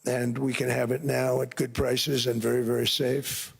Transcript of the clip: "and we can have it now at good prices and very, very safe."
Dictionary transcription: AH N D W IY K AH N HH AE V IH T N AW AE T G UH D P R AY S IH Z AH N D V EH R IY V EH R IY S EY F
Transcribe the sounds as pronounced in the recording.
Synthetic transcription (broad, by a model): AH N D W IY K AH N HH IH V IH T N AW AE T G UH D P R AY S IH Z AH N V EH R IY V EH R IY S EY F